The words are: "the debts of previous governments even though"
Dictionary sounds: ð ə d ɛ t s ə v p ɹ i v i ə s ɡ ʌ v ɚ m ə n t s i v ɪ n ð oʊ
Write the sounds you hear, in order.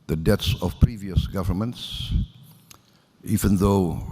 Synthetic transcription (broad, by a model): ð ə d ɛ t s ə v p ɹ i v i ə s ɡ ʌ v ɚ m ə n t s i v ɪ n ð oʊ